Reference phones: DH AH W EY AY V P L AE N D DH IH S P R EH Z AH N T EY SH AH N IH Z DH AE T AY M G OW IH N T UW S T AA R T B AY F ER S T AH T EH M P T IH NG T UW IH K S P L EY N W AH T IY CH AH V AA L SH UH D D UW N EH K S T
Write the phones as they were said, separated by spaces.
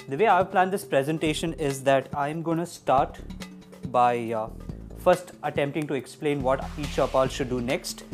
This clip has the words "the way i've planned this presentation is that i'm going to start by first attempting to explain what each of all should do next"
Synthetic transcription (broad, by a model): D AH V EY AY V P L AE N D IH S P R EH Z AH N T EY SH AH N IH Z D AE T AY M G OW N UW S T AA R T B AY F ER S T AH T EH M P T IH NG T UW IH K S P L EY N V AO T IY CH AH P AA L SH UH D D UW N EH K S T